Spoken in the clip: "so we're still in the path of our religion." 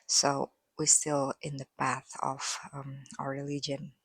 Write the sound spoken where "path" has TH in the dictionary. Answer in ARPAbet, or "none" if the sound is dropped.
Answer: TH